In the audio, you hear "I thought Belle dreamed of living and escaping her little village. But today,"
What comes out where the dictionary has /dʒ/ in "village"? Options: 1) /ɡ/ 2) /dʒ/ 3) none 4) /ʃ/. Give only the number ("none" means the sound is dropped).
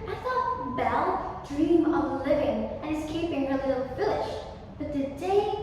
4